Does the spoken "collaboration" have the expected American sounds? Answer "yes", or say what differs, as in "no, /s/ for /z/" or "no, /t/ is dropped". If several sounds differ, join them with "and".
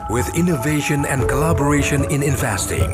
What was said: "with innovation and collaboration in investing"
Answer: yes